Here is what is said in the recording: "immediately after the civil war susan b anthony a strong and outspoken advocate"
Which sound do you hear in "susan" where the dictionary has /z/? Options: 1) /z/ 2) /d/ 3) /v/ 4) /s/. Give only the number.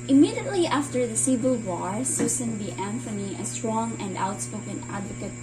4